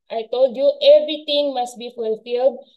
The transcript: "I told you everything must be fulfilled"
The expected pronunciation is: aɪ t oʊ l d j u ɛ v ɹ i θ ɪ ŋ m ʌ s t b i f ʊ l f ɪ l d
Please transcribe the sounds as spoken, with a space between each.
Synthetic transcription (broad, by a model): aɪ t oʊ l d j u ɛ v ɹ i t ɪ ŋ m ʌ s t b i f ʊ l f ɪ l d